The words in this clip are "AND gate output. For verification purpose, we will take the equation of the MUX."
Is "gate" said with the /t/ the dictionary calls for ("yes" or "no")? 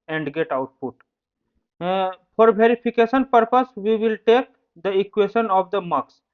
yes